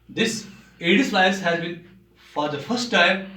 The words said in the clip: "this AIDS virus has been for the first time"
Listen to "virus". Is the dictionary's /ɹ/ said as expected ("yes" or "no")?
no